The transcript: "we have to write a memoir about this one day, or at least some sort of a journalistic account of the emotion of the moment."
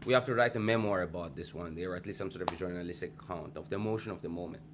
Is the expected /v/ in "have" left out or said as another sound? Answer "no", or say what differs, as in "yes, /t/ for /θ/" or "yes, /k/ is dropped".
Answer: yes, /f/ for /v/